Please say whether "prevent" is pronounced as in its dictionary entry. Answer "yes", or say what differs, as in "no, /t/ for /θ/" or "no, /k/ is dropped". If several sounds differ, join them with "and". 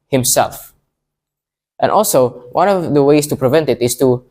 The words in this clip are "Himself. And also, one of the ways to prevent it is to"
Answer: yes